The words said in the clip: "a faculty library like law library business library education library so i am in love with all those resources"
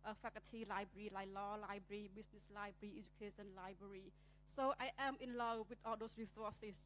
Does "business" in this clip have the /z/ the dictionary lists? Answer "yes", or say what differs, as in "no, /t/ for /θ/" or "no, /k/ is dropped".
no, /s/ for /z/